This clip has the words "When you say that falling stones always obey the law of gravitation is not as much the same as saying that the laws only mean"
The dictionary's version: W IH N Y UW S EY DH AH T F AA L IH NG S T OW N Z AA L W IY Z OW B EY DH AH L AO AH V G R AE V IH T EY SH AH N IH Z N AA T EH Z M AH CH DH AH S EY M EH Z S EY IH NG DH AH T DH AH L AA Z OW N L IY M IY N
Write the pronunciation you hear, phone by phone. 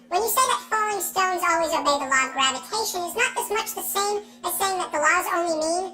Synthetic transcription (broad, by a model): W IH N Y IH S EY DH AH T F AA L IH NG S T OW N Z AA L W IY Z OW B EY DH AH L AO AH V G R AE V IH T EY SH AH N IH Z N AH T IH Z M AH CH DH AH S EY M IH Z S EY IH NG DH AH T DH AH L AA Z OW N L IY M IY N